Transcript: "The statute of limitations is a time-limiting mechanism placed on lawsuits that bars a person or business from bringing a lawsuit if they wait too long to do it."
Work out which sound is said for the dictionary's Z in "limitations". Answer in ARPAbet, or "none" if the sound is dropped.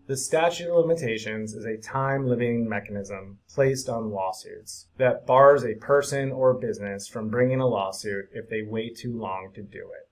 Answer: Z